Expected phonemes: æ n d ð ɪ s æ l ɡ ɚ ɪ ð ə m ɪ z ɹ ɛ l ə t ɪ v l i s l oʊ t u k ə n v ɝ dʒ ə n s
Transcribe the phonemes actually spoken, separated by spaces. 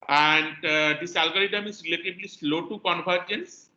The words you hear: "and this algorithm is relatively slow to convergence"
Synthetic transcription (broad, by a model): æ n d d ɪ s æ l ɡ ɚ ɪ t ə m ɪ z ɹ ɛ l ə t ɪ b l i s l oʊ t u k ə n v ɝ dʒ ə n s